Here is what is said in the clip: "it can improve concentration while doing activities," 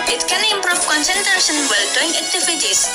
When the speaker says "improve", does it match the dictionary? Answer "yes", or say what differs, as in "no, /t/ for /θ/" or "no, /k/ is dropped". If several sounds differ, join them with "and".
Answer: no, /f/ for /v/